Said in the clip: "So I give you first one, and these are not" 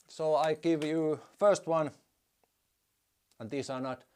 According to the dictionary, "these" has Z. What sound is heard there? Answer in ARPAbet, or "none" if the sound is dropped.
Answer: S